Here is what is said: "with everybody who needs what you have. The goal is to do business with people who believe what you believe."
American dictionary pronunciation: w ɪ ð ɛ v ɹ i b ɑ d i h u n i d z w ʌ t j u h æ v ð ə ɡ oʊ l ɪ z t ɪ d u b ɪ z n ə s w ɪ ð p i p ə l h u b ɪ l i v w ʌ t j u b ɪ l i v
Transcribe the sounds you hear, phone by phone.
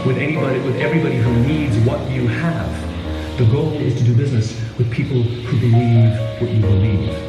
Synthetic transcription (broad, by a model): w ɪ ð ɛ v ɹ i b ɑ d i h u n i d z w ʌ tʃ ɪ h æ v ð ə ɡ oʊ l ɪ z t ɪ d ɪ b ɪ z n ə s w ɪ ð p i p l h u b ɪ l i v w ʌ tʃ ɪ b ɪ l i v